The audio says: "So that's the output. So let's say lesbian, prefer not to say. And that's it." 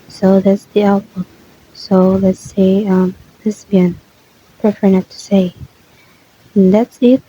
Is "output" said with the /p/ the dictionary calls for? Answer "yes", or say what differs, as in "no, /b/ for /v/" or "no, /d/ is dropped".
no, /b/ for /p/